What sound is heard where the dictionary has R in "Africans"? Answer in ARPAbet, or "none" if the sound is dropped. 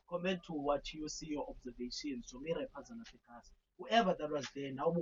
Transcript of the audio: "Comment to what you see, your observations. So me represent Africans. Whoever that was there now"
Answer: none